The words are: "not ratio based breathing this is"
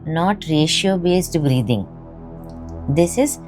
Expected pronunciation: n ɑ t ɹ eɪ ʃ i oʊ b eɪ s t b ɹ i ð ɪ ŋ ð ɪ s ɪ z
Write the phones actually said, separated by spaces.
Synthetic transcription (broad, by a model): n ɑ t ɹ eɪ ʃ i oʊ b eɪ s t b ɹ i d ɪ ŋ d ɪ s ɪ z